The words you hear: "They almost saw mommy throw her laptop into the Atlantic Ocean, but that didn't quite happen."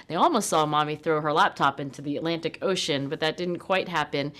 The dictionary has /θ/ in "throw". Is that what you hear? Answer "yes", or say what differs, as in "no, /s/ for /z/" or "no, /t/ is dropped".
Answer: yes